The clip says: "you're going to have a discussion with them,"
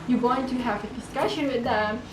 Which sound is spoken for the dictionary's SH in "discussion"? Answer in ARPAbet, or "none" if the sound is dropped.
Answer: SH